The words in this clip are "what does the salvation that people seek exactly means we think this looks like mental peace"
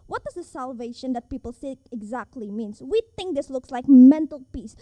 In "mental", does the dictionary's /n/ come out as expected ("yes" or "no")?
yes